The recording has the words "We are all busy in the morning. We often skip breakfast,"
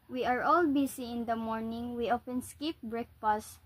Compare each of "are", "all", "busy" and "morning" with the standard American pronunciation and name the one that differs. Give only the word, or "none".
busy